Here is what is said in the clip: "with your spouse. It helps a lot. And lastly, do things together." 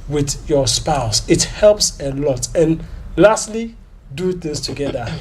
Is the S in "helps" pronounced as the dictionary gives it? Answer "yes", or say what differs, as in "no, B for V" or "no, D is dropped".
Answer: yes